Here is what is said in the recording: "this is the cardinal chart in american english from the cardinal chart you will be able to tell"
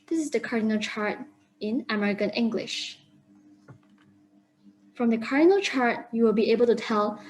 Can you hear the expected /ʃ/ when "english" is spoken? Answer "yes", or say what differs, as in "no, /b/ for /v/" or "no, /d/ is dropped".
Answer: yes